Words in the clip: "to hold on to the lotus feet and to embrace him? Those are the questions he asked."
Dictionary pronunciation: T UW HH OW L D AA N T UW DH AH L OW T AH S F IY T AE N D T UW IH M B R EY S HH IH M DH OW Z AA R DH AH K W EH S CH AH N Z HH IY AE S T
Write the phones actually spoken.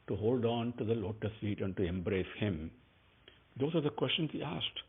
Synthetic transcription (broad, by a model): T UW HH OW L D AA N T UW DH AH L OW T AH S IY T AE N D T UW IH M B R EY S HH IH M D OW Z AA R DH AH K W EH S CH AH N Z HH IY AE S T